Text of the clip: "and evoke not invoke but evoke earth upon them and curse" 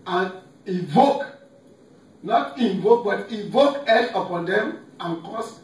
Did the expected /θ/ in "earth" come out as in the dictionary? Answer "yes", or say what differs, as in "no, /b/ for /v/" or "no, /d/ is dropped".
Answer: no, /t/ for /θ/